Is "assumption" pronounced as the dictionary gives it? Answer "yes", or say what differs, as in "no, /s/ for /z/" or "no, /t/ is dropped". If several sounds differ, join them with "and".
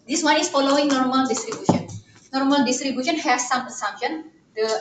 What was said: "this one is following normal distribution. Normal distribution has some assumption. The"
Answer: no, /p/ is dropped